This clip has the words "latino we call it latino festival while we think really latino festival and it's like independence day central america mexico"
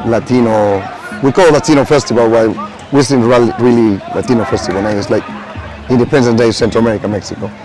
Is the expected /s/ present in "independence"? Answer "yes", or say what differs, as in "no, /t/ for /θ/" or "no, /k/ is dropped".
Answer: no, /s/ is dropped